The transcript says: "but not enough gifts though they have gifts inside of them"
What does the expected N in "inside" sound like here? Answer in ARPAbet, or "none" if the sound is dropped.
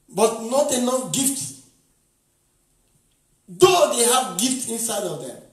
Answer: N